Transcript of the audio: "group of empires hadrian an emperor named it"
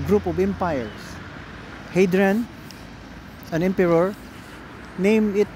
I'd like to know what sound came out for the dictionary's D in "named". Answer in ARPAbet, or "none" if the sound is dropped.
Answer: none